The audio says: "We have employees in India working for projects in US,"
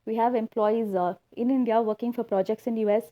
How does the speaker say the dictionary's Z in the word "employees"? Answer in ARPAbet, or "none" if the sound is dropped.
Z